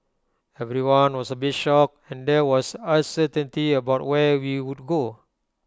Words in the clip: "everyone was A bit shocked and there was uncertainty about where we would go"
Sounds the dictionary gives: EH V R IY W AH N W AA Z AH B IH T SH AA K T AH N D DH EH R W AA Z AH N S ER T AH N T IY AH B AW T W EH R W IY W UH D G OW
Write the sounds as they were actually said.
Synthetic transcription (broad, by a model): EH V R IY W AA N W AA S AH B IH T SH AA K AH N D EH W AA S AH S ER T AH N T IY AH B AW T W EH W IY W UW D G OW